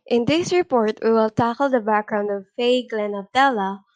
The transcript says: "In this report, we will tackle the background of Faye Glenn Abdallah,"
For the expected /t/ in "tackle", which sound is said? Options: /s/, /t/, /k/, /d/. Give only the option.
/t/